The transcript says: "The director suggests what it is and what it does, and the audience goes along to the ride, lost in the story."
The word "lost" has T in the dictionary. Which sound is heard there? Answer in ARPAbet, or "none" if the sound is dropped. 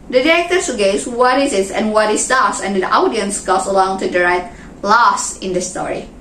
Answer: none